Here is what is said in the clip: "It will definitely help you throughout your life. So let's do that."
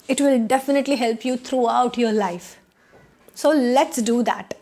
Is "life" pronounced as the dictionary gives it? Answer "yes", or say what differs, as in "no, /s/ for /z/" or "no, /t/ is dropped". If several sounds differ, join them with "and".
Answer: yes